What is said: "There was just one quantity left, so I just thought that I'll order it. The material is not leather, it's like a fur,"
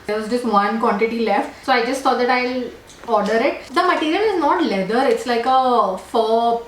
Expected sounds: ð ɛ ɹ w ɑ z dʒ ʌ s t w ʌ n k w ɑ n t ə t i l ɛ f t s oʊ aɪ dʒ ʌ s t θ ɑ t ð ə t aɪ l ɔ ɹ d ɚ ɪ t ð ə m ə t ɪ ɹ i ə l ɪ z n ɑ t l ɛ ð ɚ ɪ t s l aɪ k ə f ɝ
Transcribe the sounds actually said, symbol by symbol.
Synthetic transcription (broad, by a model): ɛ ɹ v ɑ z dʒ ʌ s t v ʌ n k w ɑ n t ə t i l ɛ f t s oʊ aɪ dʒ ʌ s t s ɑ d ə t aɪ l ɔ ɹ d ɚ ɪ t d ə m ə t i ɹ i ə l ɪ z n ɑ t l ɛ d ɚ ɪ t s l aɪ k ə f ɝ